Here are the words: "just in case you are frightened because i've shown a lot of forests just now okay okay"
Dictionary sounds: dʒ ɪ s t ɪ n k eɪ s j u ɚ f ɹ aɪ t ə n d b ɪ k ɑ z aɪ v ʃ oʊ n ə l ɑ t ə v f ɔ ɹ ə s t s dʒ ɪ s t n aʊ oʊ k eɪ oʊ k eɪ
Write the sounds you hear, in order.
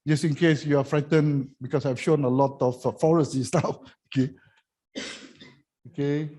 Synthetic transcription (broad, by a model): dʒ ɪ s ɪ n k eɪ s j u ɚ f ɹ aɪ t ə n b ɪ k ɑ s aɪ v ʃ oʊ n ə l ɑ t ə f f ɔ ɹ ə s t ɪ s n aʊ oʊ k eɪ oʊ k eɪ